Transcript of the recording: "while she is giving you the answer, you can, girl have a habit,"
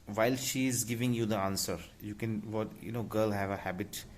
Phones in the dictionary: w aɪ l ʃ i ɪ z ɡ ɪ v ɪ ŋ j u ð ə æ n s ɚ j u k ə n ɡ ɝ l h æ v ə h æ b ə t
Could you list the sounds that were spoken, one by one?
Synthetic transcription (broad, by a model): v aɪ l ʃ i ɪ z ɡ ɪ v ɪ ŋ j u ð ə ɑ n s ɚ j u k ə n ɡ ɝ l h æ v ə h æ b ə t